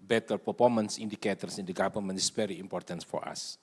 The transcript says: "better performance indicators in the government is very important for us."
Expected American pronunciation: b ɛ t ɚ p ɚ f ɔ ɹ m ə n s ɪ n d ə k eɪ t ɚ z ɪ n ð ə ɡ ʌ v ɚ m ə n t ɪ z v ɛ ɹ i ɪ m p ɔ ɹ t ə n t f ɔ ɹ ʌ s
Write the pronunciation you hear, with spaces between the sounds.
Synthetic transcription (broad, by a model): b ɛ t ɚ p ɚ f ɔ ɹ m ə n s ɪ n d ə k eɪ t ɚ s ɪ n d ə ɡ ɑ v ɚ m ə n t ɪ s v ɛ ɹ i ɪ m p ɔ ɹ t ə n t f ɔ ɹ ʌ s